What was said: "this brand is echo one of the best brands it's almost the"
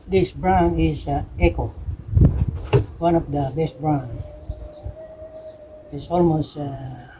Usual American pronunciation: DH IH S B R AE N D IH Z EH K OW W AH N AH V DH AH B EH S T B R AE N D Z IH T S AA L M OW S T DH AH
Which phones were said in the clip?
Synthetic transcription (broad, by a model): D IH S B R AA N IH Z EH K OW W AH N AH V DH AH B EH S T B R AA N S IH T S AA L M OW S T